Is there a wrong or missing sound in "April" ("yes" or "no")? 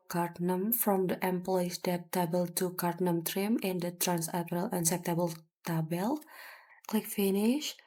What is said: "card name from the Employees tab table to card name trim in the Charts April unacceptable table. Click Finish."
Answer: yes